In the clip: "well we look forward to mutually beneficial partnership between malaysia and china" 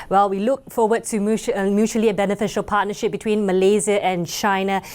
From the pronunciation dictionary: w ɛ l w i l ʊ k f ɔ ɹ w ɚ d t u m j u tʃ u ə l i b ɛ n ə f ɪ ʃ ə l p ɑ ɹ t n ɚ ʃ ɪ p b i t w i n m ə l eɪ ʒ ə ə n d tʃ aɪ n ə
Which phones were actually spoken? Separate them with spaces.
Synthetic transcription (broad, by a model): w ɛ l w i l ʊ k f ɔ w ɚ d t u m j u tʃ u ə l i b ɛ n ə f ɪ ʃ ə l p ɑ t n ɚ ʃ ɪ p b i t w i n m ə l eɪ z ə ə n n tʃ aɪ n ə